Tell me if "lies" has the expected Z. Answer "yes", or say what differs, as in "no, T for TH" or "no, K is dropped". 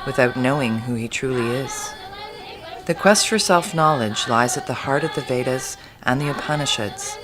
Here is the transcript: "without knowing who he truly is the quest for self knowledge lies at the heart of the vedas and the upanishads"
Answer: yes